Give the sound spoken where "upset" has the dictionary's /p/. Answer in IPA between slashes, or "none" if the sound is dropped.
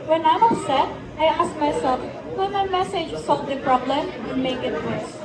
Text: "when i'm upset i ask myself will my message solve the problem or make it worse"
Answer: none